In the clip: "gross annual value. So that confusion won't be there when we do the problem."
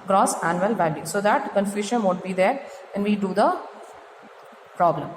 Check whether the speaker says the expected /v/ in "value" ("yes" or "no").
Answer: no